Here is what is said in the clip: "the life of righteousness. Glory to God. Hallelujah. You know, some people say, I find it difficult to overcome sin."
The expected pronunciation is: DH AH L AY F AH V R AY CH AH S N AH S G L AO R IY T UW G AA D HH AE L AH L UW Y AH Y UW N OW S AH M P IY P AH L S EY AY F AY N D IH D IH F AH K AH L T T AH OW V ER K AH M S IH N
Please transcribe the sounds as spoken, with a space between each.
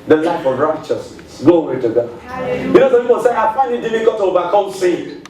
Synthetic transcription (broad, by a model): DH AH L AY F AH V R AY CH AH S N AH S G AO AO W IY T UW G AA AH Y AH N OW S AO P IY P AH L S EY AY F AY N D IH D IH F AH K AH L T T AH OW V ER K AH M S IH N